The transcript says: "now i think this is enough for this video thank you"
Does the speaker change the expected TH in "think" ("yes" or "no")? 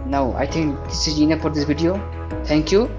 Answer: yes